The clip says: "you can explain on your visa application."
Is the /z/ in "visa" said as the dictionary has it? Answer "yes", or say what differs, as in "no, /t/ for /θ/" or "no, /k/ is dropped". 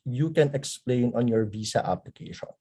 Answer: no, /s/ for /z/